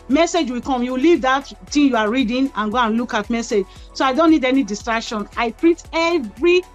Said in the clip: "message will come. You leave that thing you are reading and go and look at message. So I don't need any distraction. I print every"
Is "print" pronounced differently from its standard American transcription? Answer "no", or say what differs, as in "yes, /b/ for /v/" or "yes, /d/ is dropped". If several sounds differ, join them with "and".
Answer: yes, /n/ is dropped